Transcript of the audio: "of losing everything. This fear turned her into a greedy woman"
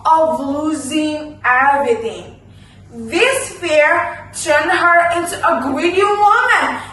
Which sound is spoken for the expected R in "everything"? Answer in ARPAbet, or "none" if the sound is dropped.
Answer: none